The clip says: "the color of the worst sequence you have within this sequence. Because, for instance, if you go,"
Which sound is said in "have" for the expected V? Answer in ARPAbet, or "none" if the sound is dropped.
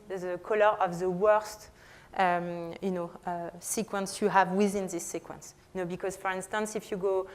V